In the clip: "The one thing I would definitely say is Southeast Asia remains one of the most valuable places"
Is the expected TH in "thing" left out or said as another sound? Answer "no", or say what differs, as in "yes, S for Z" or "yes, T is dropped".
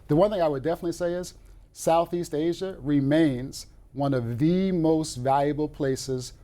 no